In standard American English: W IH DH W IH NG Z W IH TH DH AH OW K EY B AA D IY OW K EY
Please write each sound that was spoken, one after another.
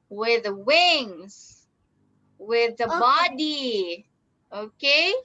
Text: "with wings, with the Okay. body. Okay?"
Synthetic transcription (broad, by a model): W IH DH W IH NG Z W IH DH AH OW B AA D IY OW K EY